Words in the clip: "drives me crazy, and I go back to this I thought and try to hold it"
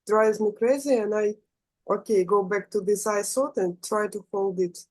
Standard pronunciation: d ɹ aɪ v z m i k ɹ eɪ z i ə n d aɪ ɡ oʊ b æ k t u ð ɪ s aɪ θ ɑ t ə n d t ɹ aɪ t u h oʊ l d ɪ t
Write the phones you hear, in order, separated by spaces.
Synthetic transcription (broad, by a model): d ɹ aɪ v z m i k ɹ eɪ z i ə n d aɪ ɡ oʊ b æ k t u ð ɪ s aɪ s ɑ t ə n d t ɹ aɪ t u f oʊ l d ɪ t